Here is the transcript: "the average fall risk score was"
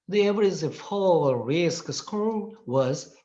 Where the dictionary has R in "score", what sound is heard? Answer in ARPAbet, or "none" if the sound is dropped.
L